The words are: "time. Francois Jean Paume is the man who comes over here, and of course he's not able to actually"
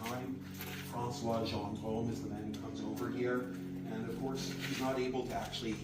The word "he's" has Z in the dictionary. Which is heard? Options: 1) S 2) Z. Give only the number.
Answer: 2